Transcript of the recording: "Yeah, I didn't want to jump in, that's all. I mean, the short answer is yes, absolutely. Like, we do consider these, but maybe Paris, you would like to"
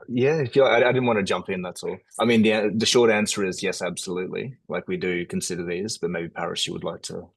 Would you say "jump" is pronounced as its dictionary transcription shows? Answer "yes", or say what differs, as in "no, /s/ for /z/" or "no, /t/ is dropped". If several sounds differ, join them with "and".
yes